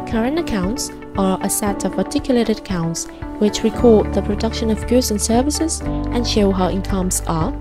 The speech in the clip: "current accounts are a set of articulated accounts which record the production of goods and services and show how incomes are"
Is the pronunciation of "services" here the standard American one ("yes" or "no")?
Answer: yes